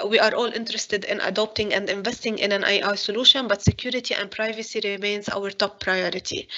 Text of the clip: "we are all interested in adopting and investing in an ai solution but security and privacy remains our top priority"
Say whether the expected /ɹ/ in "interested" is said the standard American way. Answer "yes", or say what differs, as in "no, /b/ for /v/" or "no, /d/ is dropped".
yes